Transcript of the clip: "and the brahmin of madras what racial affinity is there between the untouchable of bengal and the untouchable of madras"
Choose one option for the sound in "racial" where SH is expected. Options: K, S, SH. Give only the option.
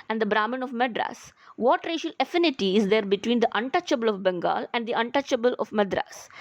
SH